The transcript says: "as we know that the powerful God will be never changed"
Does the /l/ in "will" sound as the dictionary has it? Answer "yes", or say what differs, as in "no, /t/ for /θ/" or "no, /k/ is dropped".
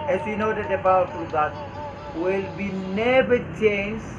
yes